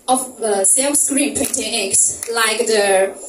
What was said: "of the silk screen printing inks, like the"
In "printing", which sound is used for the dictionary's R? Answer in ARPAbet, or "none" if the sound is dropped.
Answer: none